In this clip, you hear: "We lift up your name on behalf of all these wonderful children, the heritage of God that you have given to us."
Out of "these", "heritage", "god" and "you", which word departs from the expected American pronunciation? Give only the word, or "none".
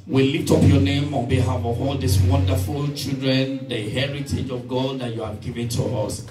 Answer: these